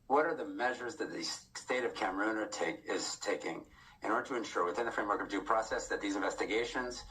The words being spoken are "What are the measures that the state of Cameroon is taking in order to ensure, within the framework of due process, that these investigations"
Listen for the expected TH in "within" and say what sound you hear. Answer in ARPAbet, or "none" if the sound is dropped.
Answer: TH